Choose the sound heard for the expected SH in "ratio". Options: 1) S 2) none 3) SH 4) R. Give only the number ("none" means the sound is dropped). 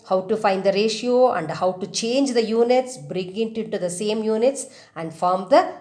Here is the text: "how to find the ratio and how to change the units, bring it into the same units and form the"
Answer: 3